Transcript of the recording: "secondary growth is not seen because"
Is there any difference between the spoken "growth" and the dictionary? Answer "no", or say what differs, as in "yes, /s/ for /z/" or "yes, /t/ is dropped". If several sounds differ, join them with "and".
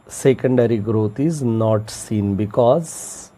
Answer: yes, /t/ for /θ/